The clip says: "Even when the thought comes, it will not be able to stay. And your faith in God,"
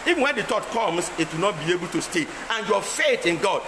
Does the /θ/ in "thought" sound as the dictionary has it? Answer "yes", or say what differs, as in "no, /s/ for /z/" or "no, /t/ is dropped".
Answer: no, /t/ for /θ/